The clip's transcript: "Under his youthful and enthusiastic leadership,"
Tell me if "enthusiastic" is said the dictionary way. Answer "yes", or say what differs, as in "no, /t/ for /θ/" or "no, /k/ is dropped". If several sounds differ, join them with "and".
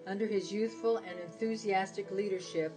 yes